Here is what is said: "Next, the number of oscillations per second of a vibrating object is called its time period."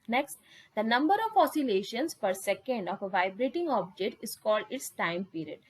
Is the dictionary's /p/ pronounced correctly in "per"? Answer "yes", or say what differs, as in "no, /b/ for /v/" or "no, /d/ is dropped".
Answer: yes